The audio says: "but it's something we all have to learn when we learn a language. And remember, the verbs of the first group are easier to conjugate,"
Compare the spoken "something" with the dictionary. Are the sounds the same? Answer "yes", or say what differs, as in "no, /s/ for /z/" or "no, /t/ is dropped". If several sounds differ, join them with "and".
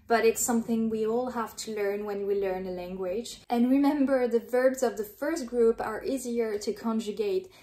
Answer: yes